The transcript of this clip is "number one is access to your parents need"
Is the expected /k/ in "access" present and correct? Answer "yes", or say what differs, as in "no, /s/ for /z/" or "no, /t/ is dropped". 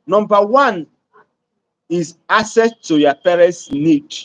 no, /k/ is dropped